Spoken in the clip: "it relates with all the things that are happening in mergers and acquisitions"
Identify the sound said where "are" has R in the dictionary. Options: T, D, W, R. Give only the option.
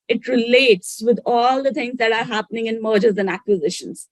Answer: R